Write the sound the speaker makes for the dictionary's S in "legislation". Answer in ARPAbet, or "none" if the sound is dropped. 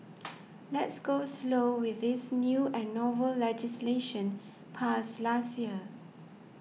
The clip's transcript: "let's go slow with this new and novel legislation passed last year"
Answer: S